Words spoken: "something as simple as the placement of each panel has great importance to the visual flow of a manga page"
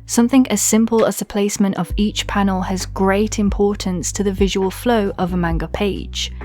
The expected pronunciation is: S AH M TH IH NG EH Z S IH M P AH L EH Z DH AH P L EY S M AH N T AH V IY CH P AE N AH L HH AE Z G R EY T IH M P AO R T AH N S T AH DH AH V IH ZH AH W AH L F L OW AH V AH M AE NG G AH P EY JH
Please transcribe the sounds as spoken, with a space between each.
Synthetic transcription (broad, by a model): S AH M TH IH NG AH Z S IH M P AH L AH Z DH AH P L EY S M AH N T AH V IY CH P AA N AH L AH Z G R EY T IH M P AO T N S T AH DH AH V IH ZH AH W AH L F L OW AH V AH M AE NG G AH P EY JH